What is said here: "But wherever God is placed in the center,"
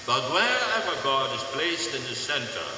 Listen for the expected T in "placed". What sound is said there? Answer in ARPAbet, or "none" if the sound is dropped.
T